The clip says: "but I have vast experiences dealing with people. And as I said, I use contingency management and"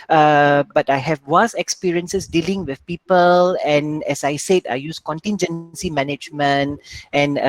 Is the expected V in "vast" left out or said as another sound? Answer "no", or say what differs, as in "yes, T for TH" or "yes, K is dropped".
yes, W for V